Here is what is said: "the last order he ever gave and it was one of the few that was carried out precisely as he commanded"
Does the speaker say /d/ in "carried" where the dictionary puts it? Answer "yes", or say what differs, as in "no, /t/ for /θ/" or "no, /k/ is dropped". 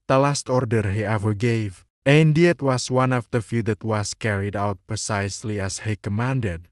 yes